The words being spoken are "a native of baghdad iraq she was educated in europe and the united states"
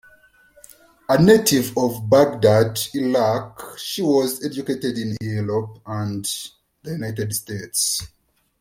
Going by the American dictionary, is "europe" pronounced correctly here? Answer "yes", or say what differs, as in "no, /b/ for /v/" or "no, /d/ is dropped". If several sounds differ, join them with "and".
no, /l/ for /ɹ/